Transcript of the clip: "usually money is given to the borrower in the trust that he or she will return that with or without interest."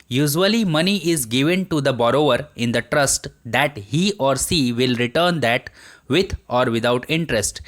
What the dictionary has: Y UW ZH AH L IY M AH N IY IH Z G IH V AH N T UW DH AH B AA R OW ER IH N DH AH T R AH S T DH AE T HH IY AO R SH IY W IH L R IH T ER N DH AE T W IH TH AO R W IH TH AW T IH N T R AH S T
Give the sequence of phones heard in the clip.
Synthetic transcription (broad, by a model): Y UW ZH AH L IY M AH N IY IH Z G IH V AH N T UW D AH B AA R OW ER IH N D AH T R AH S T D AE T HH IY AO R S IY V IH L R IH T ER N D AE T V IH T AO R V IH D AW T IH N T R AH S T